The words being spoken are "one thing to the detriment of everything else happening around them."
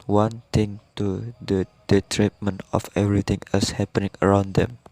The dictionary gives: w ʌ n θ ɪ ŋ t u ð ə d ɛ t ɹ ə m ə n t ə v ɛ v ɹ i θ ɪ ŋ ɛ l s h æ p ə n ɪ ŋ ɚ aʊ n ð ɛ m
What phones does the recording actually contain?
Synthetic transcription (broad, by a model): w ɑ n t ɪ ŋ t u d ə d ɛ t ɹ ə m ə n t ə f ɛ v ɹ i t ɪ ŋ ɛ s h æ p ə n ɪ ŋ ɚ aʊ n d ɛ m